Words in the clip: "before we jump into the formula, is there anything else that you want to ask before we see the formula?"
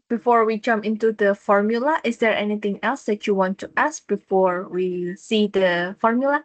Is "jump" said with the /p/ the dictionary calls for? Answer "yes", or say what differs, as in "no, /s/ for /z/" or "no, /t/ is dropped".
no, /p/ is dropped